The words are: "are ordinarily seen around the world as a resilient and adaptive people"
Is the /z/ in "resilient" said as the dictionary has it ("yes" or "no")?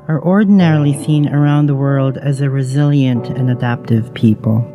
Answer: yes